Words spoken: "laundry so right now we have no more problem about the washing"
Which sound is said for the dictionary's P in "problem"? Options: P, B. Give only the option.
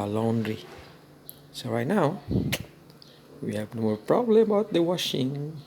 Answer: P